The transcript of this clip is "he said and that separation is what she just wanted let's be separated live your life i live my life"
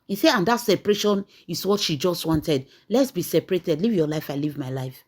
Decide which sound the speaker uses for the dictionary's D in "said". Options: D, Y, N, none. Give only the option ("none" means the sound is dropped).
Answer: none